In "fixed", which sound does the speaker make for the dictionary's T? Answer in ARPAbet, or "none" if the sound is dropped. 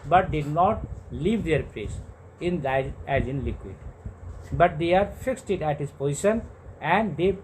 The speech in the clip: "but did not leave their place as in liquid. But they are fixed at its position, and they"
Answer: T